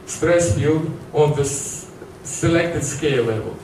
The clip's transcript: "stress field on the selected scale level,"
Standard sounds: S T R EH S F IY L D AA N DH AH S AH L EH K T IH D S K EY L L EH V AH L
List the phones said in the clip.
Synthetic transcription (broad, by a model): S T R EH S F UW D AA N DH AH S AH L EH K T IH D S K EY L L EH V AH L